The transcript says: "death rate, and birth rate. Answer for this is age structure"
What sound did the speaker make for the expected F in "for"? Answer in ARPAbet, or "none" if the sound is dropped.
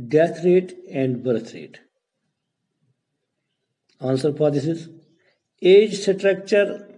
P